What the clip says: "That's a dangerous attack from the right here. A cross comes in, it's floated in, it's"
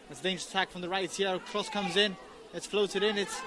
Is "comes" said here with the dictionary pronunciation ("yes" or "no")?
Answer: yes